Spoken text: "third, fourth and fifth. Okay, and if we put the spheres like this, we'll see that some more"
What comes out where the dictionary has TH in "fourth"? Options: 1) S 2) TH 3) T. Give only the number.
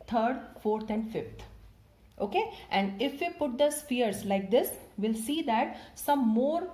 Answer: 3